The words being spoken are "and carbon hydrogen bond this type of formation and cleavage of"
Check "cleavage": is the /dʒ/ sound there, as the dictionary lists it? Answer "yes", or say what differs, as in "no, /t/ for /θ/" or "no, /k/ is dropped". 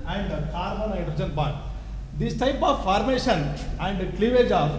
yes